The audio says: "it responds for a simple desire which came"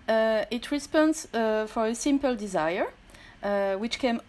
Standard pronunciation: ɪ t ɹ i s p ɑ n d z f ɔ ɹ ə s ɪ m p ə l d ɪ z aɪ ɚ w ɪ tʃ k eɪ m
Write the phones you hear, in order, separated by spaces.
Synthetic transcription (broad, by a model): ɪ t ɹ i s p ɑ n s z f ɔ ɹ ə s ɪ m p ə l d ɪ z aɪ ɚ w ɪ tʃ k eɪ m